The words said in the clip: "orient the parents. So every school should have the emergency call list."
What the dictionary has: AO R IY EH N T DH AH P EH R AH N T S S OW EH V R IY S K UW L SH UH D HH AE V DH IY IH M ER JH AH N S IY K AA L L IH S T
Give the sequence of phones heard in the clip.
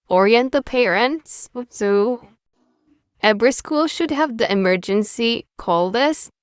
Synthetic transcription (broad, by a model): AO R IY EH N T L P EH R AH N T S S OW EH B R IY S K UW L SH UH D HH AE V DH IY IH M ER JH AH N S IY K AA L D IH S